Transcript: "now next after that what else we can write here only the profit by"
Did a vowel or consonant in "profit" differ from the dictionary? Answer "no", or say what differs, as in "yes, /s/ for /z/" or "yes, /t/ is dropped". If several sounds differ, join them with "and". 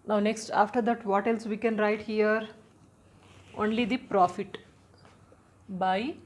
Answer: no